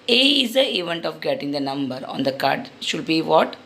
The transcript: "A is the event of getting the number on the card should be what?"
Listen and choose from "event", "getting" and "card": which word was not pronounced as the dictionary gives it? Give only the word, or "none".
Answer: none